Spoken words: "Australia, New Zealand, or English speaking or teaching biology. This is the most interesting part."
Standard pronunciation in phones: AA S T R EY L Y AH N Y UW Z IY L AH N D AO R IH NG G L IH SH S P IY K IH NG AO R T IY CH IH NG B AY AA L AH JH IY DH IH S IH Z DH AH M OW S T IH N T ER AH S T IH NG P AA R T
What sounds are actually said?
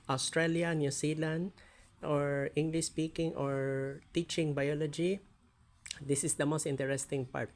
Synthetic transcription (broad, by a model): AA S T R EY L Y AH N Y UW S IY L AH N D AO R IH NG G L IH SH S P IY K IH NG AO R T IY CH IH NG B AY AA L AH JH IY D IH S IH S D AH M OW S T IH N T ER AH S T IH NG P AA R T